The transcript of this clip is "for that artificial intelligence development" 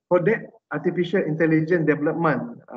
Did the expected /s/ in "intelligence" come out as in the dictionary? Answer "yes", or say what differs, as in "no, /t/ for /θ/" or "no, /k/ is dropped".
no, /s/ is dropped